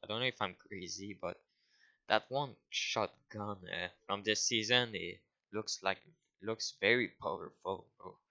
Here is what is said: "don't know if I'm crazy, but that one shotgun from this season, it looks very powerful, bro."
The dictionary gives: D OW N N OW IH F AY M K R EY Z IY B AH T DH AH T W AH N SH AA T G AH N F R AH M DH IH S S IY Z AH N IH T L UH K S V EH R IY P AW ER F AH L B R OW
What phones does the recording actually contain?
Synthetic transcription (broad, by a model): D OW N N OW IH F AY M K R EY Z IY B AH T DH AH T W AH N SH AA T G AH N F R AH M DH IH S S IY Z AH N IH T L UH K S V EH R IY P AW ER F AH L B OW